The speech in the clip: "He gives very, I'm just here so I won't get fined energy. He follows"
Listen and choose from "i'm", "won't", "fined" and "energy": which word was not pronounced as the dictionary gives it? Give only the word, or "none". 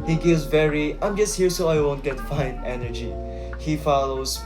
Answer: fined